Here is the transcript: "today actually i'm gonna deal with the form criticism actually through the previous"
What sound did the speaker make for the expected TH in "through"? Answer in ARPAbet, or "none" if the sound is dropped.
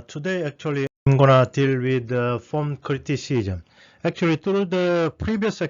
T